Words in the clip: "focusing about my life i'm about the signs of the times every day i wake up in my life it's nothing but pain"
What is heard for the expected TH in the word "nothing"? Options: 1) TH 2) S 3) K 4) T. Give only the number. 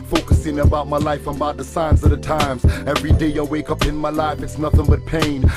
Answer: 1